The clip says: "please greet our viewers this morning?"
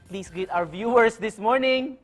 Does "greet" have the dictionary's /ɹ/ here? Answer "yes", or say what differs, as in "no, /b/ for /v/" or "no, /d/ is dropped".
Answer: no, /ɹ/ is dropped